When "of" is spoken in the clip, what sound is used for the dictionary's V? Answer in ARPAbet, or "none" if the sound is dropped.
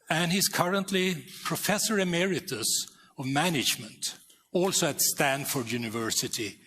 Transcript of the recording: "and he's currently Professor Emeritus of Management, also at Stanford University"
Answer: V